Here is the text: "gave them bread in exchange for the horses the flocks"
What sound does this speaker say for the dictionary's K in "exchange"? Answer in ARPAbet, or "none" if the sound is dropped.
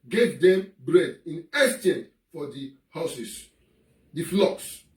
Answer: none